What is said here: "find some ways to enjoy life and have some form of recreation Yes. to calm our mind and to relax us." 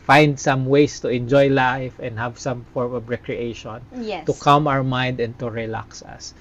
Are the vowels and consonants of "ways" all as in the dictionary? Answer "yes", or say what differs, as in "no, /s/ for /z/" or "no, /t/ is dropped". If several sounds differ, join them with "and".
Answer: no, /s/ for /z/